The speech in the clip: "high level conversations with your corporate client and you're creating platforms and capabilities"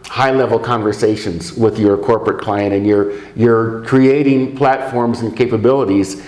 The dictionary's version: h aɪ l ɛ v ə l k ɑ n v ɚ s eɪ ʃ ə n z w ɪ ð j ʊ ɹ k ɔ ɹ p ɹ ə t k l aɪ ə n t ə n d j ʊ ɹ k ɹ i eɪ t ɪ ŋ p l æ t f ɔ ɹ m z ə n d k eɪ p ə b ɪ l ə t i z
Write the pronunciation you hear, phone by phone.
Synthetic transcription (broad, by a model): h aɪ l ɛ v l k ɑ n v ɚ s eɪ ʃ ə n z w ɪ ð j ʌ ɹ k ɔ ɹ p ɹ ə t k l aɪ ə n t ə n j j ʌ ɹ k ɹ i eɪ t ɪ ŋ p l æ t f ɔ ɹ m z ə n k eɪ p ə b ɪ l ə t i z